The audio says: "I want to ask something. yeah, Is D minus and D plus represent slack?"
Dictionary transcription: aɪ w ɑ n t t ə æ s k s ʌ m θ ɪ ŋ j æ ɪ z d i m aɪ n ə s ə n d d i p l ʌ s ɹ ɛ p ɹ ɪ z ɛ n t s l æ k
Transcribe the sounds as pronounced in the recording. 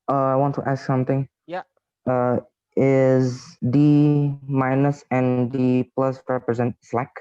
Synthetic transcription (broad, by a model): aɪ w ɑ n t t æ s k s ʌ m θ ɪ ŋ j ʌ ɪ z d i m aɪ n ə s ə n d d i p l ʌ s ɹ ɛ p ɹ ɪ z ɛ n t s l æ k